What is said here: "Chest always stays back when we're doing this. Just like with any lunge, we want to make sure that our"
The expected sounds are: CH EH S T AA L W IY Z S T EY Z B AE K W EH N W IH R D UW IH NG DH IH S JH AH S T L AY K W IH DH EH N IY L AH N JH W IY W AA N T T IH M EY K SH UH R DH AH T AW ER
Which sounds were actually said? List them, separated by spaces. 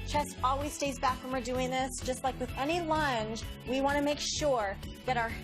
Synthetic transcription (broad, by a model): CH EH S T AA L W IY Z S T EY Z B AE K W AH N W IH R D UW IH NG DH IH S JH AH S T L AY K W IH DH EH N IY L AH N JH W IY W AA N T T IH M EY K SH UH R DH AH T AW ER